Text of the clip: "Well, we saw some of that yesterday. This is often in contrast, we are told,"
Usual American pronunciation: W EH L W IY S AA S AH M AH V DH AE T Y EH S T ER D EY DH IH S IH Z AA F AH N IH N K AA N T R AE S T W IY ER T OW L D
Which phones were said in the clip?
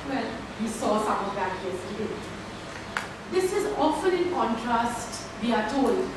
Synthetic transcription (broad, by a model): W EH L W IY S AA S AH M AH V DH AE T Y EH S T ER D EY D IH S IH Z AA F AH N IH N K AA N T R AE S T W IY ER T OW L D